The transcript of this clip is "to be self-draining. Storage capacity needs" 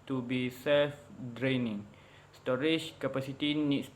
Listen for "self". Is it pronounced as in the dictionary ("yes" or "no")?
yes